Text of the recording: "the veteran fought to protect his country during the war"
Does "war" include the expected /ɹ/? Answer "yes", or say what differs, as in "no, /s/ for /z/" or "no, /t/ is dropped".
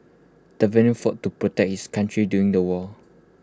no, /l/ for /ɹ/